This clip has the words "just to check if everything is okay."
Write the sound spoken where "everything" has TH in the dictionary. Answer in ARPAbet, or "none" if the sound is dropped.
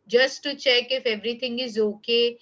T